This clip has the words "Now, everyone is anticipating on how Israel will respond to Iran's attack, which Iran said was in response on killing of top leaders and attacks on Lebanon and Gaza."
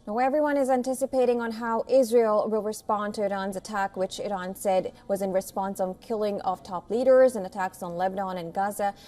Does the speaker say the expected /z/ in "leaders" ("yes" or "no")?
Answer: yes